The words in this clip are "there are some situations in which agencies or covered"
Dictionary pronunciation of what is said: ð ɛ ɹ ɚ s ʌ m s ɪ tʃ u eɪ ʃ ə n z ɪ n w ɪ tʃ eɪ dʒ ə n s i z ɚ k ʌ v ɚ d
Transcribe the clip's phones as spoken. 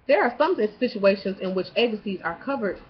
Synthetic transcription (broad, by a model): ð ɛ ɹ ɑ s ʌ m s ɪ tʃ u eɪ ʃ ə n z ɪ n w ɪ tʃ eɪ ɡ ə s i z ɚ k ʌ v ɚ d